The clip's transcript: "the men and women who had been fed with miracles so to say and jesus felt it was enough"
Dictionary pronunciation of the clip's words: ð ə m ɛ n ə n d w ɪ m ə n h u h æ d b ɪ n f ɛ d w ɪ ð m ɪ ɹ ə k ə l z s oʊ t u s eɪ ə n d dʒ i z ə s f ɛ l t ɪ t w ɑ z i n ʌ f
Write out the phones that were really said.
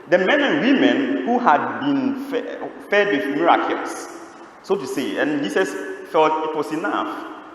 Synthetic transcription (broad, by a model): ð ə m ɛ n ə n w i m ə n h u h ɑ d b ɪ n f ɛ d w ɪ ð m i ɹ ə k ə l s s oʊ t u s eɪ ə n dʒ i s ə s f ɛ l t ɪ t w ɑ s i n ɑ f